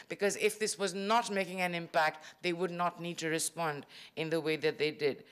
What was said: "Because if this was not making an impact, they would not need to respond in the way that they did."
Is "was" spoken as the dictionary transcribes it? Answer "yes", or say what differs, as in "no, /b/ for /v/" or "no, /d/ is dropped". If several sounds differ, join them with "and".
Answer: yes